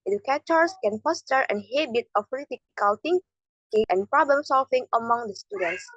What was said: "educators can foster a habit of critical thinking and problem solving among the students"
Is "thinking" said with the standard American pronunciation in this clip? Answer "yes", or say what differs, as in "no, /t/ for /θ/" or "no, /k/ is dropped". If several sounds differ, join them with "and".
no, /t/ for /θ/